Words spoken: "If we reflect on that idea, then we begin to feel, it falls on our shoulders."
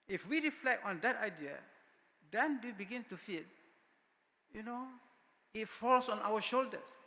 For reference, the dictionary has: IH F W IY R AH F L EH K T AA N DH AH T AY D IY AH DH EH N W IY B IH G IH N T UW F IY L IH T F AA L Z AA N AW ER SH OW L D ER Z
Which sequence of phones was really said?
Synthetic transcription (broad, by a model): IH F W IY R AH F L EH K T AA N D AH T AY D IY AH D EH N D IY B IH G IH N T UW F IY N IH T F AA L S AA N AW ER SH OW L D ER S